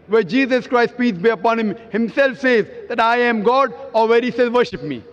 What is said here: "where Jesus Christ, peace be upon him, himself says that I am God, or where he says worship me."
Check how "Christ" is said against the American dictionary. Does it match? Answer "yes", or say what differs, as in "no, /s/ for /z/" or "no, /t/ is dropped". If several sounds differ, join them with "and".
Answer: yes